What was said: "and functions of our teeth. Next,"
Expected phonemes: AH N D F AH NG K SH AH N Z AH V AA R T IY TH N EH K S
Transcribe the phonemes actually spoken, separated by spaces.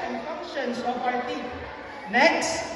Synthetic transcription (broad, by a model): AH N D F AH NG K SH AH N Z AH P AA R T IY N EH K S